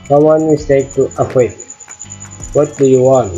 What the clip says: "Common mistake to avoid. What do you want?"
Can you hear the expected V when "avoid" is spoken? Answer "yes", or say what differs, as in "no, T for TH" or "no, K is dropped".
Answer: no, F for V